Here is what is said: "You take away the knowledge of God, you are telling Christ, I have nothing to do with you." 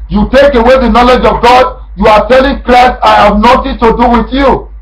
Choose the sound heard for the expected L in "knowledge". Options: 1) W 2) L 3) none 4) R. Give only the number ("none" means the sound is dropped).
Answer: 2